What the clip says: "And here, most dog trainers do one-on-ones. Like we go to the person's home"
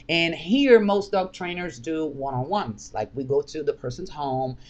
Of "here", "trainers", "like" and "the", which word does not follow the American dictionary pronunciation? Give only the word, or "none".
none